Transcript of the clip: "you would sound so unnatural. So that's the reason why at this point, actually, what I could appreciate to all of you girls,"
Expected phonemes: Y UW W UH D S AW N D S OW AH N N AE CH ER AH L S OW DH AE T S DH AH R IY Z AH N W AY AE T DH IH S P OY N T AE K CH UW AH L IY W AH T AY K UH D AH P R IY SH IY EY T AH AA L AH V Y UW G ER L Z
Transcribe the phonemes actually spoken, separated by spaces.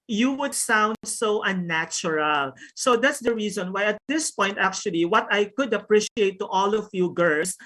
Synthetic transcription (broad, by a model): Y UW W UH D S AW N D S OW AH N N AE CH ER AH L S OW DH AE T S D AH R IY Z AH N W AY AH T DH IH S P OY N T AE K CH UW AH L IY W AH T AY K UH D AH P R IY SH IY EY T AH AA L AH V Y UW G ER L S